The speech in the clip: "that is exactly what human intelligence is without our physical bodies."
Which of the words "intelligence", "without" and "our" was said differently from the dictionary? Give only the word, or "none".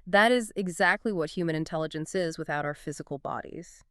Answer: none